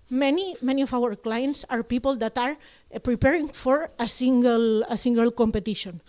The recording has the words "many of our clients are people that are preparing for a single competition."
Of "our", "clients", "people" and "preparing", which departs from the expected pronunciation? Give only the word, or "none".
none